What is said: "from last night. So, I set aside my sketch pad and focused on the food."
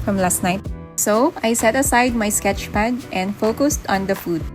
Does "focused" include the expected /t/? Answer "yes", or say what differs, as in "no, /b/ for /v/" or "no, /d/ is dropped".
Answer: yes